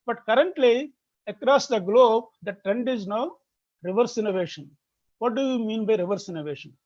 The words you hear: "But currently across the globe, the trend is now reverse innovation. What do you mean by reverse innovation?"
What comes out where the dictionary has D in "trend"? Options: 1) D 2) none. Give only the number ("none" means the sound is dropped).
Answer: 1